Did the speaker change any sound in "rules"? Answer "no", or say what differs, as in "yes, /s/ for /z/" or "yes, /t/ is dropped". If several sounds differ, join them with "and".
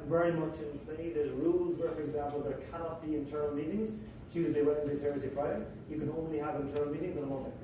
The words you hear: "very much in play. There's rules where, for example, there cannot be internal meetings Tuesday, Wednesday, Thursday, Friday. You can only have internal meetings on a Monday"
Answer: no